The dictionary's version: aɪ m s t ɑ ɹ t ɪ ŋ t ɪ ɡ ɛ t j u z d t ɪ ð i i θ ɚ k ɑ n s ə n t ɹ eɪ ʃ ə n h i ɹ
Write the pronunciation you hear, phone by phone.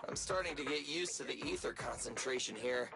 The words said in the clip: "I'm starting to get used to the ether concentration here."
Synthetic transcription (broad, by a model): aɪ m s t ɑ ɹ t ɪ ŋ t ɪ ɡ ɛ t j u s t ɪ ð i i θ ɚ k ɑ n s ə n t ɹ eɪ ʃ ə n h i ɹ